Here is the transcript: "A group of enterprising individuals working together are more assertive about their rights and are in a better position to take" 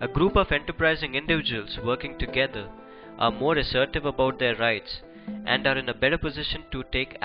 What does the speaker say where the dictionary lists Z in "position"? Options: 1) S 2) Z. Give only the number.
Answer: 2